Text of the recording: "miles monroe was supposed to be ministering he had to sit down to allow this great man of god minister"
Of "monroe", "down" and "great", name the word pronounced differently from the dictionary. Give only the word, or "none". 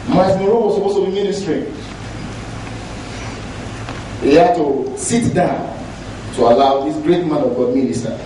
monroe